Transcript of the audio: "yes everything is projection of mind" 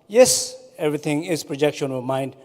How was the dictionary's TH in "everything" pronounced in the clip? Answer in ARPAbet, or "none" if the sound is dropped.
T